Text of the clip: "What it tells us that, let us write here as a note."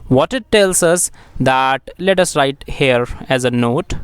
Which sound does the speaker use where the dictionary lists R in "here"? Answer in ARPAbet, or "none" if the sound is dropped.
R